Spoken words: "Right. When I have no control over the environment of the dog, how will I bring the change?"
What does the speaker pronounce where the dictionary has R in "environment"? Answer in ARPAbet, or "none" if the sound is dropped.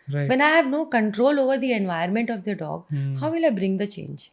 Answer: none